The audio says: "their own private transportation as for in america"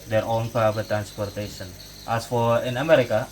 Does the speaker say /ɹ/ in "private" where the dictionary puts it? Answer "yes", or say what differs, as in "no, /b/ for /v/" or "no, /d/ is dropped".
no, /ɹ/ is dropped